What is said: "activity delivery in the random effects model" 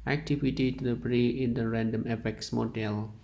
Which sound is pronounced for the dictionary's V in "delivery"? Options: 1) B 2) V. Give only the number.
1